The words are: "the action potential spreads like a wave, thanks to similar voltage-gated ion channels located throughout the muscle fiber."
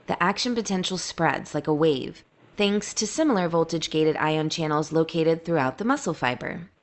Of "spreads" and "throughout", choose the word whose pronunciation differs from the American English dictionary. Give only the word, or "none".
none